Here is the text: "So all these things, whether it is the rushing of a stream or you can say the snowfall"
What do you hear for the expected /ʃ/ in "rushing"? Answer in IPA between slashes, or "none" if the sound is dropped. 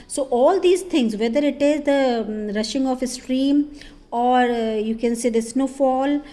/ʃ/